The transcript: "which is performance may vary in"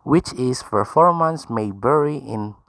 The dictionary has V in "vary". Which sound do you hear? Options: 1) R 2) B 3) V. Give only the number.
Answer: 2